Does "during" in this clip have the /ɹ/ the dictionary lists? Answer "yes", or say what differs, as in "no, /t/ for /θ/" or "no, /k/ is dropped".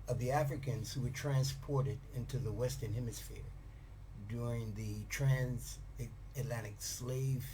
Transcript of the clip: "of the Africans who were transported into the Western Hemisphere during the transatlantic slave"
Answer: yes